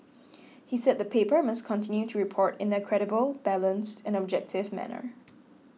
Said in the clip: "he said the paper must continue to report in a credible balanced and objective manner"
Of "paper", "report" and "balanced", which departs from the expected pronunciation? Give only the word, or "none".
none